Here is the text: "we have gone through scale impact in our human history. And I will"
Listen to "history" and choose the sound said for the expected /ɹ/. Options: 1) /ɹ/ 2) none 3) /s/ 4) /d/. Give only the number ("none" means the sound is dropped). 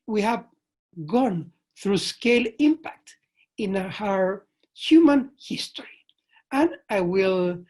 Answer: 1